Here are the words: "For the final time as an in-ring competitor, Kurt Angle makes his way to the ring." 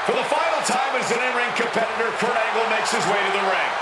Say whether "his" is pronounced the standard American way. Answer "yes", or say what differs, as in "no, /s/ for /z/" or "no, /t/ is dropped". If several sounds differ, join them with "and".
yes